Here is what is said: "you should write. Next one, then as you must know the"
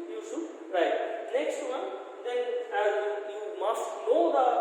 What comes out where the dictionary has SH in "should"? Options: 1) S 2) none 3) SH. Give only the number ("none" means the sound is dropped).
1